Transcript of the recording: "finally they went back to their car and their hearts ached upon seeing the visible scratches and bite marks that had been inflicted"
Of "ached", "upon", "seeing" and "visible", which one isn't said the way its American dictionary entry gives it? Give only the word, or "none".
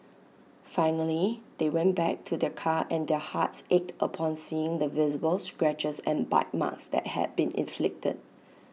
none